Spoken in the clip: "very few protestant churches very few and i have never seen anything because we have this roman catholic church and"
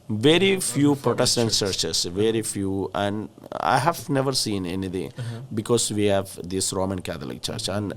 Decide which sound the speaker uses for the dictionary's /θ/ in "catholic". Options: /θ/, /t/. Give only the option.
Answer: /t/